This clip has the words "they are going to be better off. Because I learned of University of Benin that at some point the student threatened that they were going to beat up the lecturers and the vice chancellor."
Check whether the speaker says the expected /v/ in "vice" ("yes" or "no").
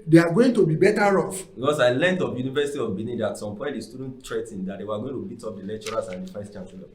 no